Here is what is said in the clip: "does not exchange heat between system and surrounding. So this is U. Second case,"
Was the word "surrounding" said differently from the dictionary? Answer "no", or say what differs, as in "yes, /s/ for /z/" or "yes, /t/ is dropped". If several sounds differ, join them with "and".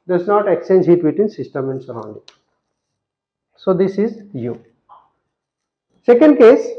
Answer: no